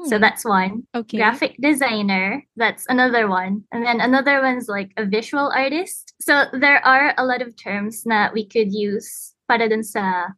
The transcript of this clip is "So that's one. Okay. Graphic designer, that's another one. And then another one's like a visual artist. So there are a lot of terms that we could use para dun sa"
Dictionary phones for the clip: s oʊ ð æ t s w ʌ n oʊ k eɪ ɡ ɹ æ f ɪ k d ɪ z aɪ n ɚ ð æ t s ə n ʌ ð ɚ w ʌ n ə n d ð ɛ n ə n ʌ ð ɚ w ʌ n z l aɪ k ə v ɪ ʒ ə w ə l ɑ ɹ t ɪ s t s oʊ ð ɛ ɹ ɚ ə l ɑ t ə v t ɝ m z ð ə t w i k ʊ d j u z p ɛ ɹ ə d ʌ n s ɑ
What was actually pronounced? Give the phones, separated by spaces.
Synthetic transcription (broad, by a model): s oʊ ð æ t s w ʌ n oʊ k ɡ ɹ æ f ɪ k d ɪ z aɪ n ɚ ð æ t s ə n ʌ ð ɚ w ʌ n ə n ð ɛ n ə n ʌ ð ɚ w ʌ n z l aɪ k ə v ɪ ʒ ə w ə l ɑ ɹ t ɪ s t s oʊ ð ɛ ɹ ɚ ə l ɑ t ə v t ɝ m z ð ə t w i k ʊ d j u z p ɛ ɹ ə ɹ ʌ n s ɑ